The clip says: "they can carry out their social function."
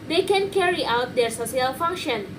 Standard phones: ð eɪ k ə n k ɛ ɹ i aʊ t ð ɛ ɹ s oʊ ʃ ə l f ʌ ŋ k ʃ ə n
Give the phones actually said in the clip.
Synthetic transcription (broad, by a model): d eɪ k ə n k ɛ ɹ i aʊ t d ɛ ɹ s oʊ s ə l f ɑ ŋ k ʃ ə n